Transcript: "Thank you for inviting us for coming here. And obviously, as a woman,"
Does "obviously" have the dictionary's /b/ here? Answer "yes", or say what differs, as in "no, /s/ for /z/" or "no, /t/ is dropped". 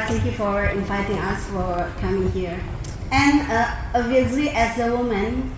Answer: no, /b/ is dropped